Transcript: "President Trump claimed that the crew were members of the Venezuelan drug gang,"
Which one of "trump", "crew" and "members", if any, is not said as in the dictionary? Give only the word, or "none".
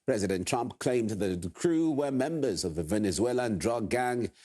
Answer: none